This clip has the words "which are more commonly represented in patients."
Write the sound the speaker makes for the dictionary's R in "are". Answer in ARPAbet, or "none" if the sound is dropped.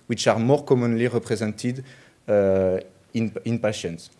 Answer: R